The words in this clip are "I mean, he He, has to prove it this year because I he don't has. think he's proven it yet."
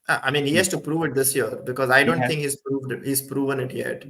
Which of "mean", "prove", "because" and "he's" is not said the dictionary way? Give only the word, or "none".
none